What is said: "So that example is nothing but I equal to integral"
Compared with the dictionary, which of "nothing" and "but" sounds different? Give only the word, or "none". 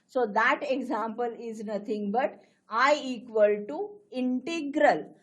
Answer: nothing